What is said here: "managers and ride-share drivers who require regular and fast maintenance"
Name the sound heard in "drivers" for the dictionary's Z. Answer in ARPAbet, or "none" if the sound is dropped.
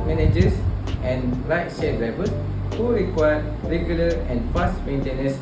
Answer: S